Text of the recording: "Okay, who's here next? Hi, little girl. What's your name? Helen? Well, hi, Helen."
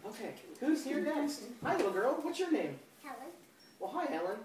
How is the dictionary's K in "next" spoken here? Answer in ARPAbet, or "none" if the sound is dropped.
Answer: none